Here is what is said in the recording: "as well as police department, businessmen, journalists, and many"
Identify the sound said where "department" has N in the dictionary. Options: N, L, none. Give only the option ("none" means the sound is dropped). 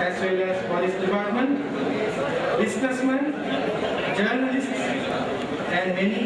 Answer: N